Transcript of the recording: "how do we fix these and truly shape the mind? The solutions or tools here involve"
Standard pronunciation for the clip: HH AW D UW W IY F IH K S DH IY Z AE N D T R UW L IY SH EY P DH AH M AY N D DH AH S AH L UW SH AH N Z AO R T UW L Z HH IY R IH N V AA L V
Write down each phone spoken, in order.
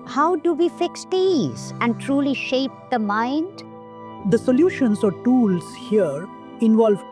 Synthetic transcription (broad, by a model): HH AW D UW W IY F IH K S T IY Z AE N D T R UW L IY SH EY P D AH M AY N D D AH S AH L UW SH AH N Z AO R T UW L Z HH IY R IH N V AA L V